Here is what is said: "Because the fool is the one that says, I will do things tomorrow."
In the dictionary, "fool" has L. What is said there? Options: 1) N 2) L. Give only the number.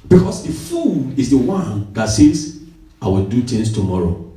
1